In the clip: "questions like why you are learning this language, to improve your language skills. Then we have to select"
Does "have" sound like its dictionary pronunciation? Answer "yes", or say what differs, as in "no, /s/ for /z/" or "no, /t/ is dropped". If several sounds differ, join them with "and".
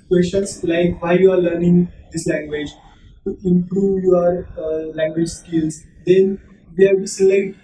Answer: no, /b/ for /v/